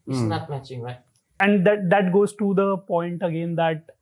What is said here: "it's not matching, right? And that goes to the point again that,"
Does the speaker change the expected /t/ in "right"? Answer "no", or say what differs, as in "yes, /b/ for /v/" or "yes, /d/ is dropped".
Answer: yes, /t/ is dropped